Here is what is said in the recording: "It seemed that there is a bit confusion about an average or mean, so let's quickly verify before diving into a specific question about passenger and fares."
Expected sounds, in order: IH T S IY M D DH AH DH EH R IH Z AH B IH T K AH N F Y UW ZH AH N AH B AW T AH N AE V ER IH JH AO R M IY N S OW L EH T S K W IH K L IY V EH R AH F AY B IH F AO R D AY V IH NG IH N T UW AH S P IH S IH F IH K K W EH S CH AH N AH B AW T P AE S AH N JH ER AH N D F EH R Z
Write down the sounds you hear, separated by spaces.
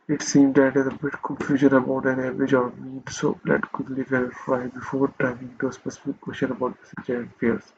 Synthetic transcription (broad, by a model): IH T S IY M D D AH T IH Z AH B IH T K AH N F Y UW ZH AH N AH B AW T AH N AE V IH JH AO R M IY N S OW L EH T K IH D L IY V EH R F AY B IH F AO R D AY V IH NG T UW AH S P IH S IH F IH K K W EH S CH AH N AH B AW T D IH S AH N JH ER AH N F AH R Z